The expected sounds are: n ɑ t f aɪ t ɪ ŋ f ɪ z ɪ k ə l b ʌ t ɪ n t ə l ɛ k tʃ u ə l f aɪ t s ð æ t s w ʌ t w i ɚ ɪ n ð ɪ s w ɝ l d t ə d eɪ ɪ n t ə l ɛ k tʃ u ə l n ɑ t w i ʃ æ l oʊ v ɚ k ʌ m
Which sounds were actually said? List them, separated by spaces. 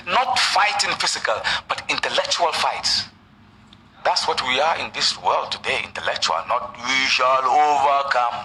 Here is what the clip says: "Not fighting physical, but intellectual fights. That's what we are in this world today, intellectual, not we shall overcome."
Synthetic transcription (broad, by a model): n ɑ t f aɪ t ɪ ŋ f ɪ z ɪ k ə l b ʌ t ɪ n t ə l ɛ k tʃ u ə l f aɪ t s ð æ t s w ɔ t w i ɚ ɪ n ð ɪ s w ɝ l d t ə d eɪ ɪ n t ə l ɛ k tʃ u ə l n ɑ t w i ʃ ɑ l oʊ v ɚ k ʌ m